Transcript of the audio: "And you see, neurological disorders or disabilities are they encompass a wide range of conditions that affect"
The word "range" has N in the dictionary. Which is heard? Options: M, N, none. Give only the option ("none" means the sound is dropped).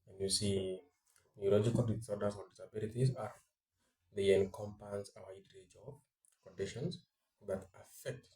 none